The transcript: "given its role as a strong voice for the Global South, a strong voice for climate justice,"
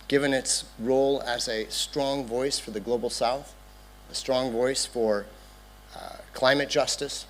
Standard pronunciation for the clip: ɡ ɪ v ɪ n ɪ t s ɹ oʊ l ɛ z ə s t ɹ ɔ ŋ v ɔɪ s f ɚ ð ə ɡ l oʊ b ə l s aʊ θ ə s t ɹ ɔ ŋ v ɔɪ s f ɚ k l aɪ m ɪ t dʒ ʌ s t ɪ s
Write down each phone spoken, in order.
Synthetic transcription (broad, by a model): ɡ ɪ v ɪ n ɪ t s ɹ oʊ l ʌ z ə s t ɹ ɔ ŋ v ɔɪ s f ɚ ð ə ɡ l oʊ b l s aʊ θ ə s t ɹ ɔ ŋ v ɔɪ s f ɚ k l aɪ m ɪ t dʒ ʌ s t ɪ s